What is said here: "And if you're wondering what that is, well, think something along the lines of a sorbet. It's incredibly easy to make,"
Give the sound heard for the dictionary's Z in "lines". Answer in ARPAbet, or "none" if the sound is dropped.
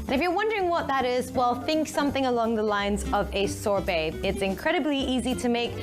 Z